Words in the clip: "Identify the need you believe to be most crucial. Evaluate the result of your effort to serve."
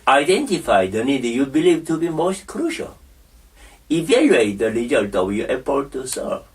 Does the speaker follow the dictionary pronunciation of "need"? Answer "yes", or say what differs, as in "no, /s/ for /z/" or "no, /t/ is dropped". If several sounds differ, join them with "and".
yes